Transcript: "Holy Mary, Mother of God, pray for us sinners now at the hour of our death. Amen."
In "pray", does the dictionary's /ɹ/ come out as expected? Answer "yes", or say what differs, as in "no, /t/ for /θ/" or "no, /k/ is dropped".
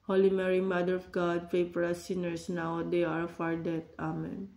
no, /ɹ/ is dropped